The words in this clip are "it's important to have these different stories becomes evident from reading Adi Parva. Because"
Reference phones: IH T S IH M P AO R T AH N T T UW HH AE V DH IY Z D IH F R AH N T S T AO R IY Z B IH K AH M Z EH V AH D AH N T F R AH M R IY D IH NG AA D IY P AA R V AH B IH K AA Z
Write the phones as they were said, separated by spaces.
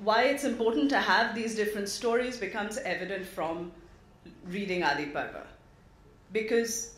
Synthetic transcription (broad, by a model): IH T S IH M P AO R T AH N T T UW HH AE V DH IY Z D IH F R AH N T S T AO R IY Z B IH K AH M Z EH V AH D AH N T F R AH M R IY D IH NG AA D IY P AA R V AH B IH K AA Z